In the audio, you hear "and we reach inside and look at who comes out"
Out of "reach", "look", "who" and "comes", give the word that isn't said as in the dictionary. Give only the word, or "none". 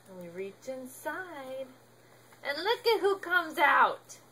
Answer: none